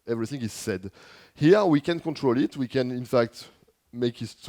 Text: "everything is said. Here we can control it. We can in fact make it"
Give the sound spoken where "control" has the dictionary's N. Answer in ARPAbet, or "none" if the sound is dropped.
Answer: N